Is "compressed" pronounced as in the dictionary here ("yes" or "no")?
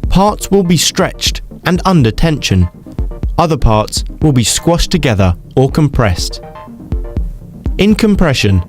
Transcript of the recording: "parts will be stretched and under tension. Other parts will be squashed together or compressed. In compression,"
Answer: yes